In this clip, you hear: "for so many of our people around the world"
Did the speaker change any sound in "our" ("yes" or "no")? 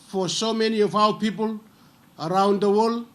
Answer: yes